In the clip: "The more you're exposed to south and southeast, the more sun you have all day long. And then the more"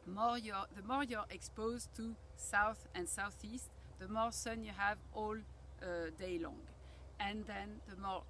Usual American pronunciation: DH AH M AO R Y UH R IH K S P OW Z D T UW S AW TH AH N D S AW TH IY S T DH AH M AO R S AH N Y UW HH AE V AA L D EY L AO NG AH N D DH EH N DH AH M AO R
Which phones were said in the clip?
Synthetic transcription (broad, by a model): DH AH M AO R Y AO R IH K S P OW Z T UW S AW TH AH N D S AW TH IY S T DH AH M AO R S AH N Y UW HH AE V AA L D EY L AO NG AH N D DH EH N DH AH M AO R